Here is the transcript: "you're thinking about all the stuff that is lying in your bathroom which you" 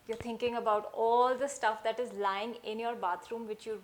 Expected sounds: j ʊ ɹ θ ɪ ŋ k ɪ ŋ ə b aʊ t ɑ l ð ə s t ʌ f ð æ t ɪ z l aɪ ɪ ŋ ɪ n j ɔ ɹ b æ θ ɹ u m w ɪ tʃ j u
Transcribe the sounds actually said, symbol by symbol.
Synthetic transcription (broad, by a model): j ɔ ɹ t ɪ ŋ k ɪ ŋ ə b aʊ t ɑ l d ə s t ʌ f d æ t ɪ z l aɪ ɪ ŋ ɪ n j ɔ ɹ b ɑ t ɹ u m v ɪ tʃ j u